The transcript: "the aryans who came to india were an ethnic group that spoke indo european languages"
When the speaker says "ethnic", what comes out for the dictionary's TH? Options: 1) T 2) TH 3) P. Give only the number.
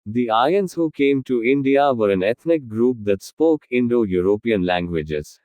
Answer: 1